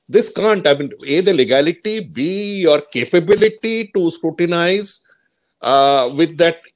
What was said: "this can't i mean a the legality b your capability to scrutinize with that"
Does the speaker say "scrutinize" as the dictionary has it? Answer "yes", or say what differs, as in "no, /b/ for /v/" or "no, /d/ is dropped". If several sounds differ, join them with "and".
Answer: yes